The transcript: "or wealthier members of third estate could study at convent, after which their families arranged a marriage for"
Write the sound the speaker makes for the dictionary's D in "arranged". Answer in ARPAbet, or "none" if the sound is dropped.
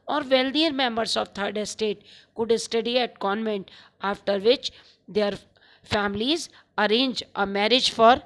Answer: none